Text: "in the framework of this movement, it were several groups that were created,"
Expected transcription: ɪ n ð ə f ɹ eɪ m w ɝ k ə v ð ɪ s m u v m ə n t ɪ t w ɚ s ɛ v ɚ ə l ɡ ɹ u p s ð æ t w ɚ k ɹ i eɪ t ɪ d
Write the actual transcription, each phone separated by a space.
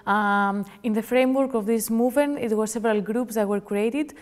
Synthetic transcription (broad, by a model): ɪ n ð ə f ɹ eɪ m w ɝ k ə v ð ɪ s m u v m ə n t ɪ t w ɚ s ɛ v ɚ ə l ɡ ɹ u p s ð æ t w ɚ k ɹ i eɪ t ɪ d